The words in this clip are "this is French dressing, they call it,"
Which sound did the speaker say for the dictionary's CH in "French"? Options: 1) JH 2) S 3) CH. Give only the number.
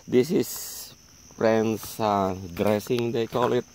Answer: 2